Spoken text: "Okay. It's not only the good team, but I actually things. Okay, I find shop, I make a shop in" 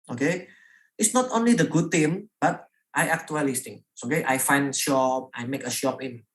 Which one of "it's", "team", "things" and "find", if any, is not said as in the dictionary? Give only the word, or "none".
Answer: things